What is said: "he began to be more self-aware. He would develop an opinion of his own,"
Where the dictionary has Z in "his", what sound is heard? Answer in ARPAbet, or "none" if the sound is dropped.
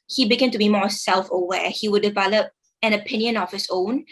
S